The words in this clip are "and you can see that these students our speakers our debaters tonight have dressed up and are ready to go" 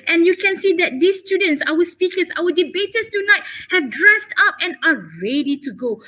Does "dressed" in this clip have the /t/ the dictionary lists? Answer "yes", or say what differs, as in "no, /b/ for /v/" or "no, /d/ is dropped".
yes